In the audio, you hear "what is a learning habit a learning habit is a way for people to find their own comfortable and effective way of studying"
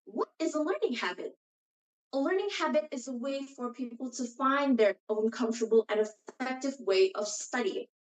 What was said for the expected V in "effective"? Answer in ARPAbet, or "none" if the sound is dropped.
V